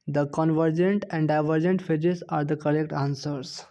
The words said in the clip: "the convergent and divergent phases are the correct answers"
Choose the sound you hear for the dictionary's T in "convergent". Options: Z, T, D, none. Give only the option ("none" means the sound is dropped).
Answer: T